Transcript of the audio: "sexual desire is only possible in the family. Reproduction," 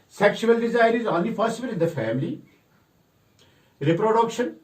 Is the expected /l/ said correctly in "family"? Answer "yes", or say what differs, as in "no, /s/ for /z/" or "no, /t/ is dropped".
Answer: yes